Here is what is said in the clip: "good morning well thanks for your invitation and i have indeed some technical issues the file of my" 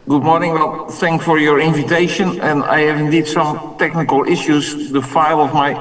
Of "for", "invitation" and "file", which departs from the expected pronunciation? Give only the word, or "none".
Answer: none